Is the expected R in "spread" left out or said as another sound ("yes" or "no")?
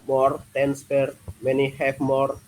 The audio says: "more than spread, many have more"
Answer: yes